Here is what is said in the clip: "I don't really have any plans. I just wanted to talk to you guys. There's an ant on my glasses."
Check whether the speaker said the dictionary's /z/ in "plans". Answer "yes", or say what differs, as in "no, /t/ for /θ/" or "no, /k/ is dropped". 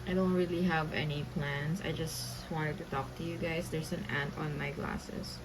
no, /s/ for /z/